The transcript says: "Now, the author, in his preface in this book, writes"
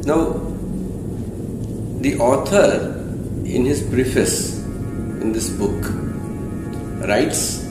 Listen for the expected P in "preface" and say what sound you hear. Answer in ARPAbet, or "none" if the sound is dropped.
B